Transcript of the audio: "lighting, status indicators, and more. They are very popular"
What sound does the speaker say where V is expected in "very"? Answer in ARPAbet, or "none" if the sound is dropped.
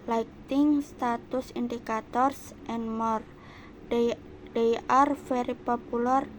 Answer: F